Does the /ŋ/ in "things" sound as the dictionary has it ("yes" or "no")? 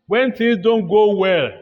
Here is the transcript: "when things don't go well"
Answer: no